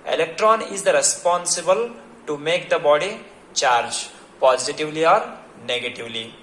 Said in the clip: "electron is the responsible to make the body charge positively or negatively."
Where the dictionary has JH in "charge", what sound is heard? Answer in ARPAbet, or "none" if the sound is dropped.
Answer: JH